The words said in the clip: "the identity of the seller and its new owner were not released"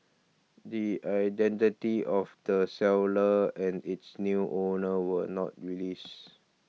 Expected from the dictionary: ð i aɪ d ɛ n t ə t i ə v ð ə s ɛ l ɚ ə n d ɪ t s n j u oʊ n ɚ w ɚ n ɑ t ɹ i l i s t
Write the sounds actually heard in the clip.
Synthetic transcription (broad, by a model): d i aɪ d ɛ n t ə t i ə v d ə s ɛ l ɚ ə n d ɪ t s n j u oʊ n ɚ w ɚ n ɑ t ɹ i l i s